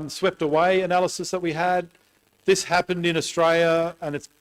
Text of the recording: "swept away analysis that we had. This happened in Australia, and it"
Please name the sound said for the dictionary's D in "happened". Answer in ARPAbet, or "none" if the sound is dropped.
D